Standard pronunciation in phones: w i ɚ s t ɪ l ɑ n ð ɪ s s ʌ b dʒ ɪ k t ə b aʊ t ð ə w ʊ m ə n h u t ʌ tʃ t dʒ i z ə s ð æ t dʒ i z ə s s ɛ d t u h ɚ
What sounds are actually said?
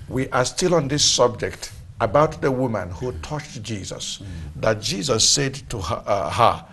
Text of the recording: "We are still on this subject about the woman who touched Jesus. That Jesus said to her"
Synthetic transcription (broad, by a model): w i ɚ s t ɪ l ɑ n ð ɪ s s ʌ b dʒ ɪ k t ə b aʊ t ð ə w ʊ m ə n h u t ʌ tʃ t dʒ i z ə s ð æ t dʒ i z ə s s ɛ d t u h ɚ